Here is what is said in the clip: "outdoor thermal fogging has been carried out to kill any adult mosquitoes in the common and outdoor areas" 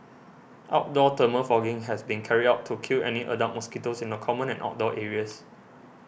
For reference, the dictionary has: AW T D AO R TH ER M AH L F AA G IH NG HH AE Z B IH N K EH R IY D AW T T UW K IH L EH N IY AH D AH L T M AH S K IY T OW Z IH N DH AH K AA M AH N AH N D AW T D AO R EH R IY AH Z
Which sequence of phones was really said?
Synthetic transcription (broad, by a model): AW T D AO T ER M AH F AA G IH NG HH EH S B IH N K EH R IY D AW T T UW K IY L EH N IY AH D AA T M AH S K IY T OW S IH N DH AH K AA M AH N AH N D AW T D AO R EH R IY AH S